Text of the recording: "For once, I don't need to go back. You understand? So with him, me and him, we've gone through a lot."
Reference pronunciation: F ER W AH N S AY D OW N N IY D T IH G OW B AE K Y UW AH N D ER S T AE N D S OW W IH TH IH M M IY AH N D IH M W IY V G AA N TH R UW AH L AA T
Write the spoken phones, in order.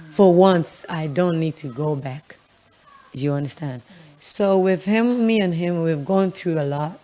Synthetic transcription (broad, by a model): F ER W AH N S AY D OW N N IY D T IH G OW B AE K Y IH AH N D ER S T AE N D S OW W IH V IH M M IY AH N IH M W IY V G AA N TH R UW AH L AA T